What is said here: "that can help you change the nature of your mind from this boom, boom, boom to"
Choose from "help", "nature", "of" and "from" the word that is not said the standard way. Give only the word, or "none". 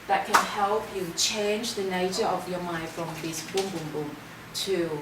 none